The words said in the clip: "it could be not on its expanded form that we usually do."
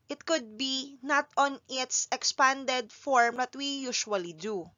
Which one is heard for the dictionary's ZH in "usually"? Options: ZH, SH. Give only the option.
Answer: SH